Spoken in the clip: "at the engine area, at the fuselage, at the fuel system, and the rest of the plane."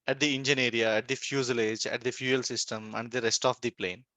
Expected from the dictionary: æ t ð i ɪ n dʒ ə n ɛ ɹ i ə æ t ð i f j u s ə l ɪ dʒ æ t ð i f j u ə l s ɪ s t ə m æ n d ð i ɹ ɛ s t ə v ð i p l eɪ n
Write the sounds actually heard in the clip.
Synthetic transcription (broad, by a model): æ t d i ɪ n dʒ ə n ɛ ɹ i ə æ t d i f j u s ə l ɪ dʒ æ t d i f j u ə l s ɪ s t ə m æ n d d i ɹ ɛ s t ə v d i p l eɪ n